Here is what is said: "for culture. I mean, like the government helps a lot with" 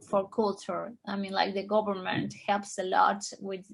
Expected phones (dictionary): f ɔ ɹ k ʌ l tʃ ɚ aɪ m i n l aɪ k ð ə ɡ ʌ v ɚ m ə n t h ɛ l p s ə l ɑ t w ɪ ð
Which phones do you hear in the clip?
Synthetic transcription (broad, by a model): f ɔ ɹ k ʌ l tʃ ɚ aɪ m i n l aɪ k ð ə ɡ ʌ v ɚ m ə n t h ɛ l p s ə l ɑ t w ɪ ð